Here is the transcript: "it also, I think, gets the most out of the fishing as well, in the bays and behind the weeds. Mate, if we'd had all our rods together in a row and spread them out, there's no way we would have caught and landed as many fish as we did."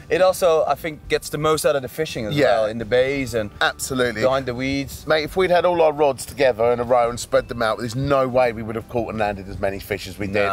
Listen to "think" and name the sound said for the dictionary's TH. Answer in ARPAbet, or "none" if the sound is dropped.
TH